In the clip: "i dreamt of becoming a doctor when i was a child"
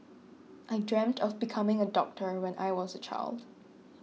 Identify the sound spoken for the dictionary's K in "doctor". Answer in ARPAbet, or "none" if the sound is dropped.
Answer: K